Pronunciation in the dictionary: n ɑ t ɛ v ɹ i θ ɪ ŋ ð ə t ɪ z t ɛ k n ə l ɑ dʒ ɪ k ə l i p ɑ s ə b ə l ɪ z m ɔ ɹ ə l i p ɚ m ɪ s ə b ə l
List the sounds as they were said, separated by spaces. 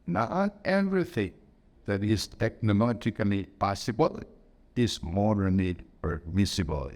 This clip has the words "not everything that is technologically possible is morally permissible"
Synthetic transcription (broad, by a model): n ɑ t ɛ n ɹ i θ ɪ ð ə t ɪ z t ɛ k n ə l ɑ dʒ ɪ k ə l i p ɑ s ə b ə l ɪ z m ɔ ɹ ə n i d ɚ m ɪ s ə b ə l